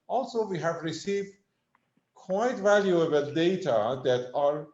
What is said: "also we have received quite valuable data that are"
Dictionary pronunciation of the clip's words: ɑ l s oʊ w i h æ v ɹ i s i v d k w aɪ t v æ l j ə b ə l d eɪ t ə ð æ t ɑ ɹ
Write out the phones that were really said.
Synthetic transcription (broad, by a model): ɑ l s oʊ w i h æ v ɹ i s i v d k w aɪ t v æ l j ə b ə l d eɪ t ə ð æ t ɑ ɹ